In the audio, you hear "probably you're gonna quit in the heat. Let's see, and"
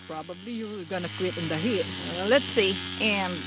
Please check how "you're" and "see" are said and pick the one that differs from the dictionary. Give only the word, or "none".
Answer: you're